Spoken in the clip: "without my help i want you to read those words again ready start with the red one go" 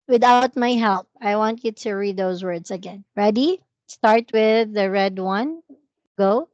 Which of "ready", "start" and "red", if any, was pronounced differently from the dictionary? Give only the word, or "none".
none